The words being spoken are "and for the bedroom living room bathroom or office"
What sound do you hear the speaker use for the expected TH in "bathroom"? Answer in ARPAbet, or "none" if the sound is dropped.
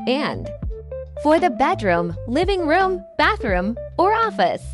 TH